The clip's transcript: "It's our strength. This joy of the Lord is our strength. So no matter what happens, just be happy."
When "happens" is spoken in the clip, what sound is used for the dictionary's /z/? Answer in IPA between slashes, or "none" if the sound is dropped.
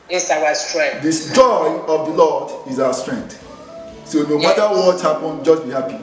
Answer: none